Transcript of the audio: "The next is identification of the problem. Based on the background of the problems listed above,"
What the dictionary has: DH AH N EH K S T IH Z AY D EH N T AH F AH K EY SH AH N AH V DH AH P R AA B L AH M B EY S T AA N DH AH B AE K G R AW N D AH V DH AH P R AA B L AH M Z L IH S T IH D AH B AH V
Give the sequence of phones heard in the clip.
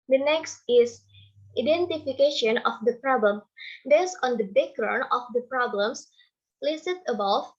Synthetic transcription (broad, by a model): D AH N EH K S T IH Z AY D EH N T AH F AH K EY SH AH N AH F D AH P R AA B L AH M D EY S AA N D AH B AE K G R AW N AH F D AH P R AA B L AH M S L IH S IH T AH B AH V